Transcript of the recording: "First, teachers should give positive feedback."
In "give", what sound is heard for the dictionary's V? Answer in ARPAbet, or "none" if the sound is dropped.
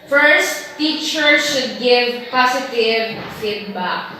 V